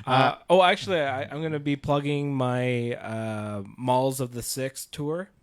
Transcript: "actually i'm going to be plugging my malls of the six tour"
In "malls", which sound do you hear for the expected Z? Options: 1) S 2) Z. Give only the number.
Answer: 2